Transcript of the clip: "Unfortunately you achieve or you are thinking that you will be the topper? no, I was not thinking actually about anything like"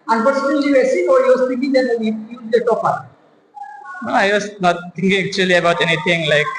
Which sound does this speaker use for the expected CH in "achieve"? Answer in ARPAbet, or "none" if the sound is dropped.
S